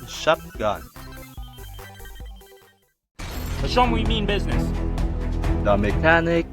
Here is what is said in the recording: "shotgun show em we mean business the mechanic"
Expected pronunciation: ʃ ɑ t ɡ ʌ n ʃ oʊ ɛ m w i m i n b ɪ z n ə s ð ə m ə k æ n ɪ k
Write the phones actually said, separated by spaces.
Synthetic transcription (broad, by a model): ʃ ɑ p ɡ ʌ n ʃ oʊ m w i m i n b ɪ z n ə s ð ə m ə k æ n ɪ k